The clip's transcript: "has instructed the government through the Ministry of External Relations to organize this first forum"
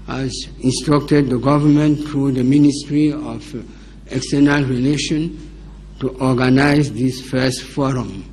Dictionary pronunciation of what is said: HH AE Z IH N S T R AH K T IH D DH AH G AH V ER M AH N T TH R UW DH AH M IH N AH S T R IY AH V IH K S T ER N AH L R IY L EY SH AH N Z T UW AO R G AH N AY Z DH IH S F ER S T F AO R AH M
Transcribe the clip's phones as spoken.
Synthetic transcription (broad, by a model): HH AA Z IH N S T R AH K T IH D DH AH G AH V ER M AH N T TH R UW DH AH M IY N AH S T R IY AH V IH K S T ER N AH L R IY L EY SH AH N T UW AO G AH N AY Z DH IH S F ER S T F AO R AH M